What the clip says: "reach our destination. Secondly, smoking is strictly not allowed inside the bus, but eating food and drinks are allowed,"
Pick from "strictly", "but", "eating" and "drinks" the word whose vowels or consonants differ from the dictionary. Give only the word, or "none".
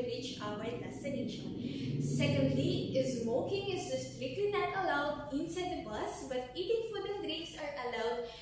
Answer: drinks